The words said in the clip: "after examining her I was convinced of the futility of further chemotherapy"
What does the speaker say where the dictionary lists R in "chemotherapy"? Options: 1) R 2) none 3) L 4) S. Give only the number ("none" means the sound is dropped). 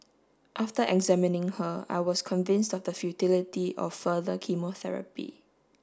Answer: 1